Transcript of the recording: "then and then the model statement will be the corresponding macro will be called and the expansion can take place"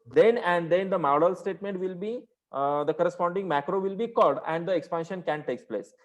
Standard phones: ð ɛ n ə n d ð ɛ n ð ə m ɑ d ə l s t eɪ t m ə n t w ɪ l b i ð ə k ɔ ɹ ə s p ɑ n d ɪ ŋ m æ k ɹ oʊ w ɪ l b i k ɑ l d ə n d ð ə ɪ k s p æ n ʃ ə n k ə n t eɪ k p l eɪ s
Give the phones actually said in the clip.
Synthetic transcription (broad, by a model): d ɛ n ə n d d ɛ n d ə m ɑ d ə l s t eɪ t m ə n t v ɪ l b i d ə k ɔ ɹ ə s p ɑ n d ɪ ŋ m æ k ɹ oʊ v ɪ l b i k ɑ l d ə n d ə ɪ k s p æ n ʃ ə n k ə n t eɪ k p l eɪ s